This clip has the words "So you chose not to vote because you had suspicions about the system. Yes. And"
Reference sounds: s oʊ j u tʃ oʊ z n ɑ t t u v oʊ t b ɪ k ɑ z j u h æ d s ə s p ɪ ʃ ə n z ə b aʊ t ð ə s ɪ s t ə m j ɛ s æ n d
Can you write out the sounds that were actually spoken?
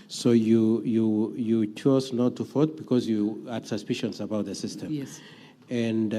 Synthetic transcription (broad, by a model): s oʊ j u tʃ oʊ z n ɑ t t u f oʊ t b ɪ k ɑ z j u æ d s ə s p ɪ ʃ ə n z ə b aʊ t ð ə s ɪ s t ə m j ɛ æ n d